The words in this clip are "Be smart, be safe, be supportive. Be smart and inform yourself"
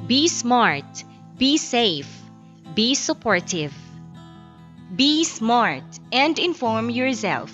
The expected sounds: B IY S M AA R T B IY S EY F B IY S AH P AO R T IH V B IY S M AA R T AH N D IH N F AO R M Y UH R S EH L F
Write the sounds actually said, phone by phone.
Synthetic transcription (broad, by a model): B IY S M AA R T B IY S EY F B IY S AH P AO R T IH V B IY S M AA R T AH N D IH N F AO R M Y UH R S EH L F